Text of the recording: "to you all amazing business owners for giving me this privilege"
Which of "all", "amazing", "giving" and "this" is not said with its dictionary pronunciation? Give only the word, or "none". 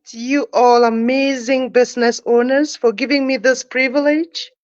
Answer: none